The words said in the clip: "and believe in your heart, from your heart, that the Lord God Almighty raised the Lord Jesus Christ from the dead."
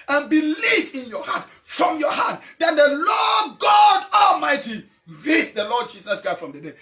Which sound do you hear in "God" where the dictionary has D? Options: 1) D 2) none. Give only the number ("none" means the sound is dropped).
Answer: 1